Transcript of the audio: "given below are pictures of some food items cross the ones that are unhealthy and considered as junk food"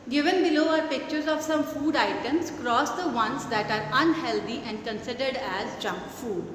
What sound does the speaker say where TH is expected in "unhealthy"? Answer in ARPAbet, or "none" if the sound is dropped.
T